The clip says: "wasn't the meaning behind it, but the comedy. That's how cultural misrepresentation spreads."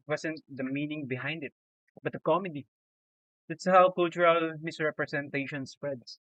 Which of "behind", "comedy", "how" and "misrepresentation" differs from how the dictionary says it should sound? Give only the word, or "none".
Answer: misrepresentation